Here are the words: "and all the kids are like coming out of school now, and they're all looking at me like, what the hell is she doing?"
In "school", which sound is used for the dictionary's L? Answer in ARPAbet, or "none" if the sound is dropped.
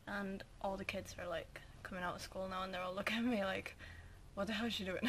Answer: L